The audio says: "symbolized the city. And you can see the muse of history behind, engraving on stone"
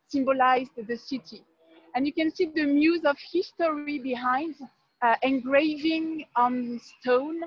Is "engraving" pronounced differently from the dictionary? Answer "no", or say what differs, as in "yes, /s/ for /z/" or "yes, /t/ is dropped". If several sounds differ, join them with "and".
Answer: no